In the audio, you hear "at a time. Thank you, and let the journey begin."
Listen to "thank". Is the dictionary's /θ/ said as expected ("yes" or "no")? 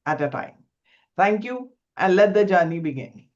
no